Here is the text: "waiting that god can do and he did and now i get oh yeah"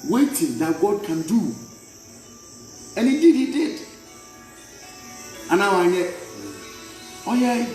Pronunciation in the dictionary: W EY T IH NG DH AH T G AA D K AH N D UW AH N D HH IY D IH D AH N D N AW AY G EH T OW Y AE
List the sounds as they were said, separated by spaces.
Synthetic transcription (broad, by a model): W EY T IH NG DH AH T G AA D K AH N D UW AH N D HH IY D IH D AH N N AW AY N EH OW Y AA